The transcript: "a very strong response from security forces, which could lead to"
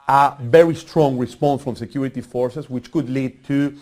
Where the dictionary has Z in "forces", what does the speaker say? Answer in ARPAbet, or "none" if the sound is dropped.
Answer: S